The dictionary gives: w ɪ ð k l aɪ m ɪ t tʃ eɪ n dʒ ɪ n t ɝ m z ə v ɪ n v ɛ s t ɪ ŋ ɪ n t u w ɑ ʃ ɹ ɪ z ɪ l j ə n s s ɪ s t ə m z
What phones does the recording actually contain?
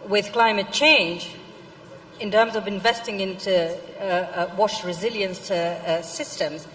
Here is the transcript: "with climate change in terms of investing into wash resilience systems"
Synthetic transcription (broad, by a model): w ɪ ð k l aɪ m ɪ t tʃ eɪ n dʒ ɪ n t ɝ m z ə v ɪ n v ɛ s t ɪ ŋ ɪ n t u w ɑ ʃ ɹ ɪ z ɪ l j ə n s s ɪ s t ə m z